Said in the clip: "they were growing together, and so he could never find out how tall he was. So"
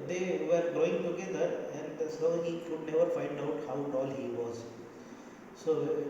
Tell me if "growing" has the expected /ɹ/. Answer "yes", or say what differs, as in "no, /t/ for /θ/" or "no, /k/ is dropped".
no, /ɹ/ is dropped